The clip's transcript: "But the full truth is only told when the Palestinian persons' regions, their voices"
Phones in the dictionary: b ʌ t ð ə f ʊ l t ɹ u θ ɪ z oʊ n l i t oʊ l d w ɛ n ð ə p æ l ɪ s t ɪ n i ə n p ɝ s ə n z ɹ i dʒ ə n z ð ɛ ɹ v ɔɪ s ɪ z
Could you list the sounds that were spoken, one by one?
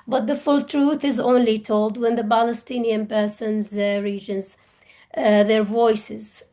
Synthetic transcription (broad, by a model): b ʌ t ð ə f ʊ l t ɹ u θ ɪ z oʊ n l i t oʊ l d w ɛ n ð ə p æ l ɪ s t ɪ n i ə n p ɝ s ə n z ɹ i dʒ ə n z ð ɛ ɹ v ɔɪ s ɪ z